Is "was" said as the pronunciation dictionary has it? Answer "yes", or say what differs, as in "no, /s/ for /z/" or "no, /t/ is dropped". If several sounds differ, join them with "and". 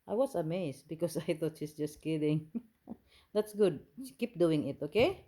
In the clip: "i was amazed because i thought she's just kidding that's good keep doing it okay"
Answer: no, /s/ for /z/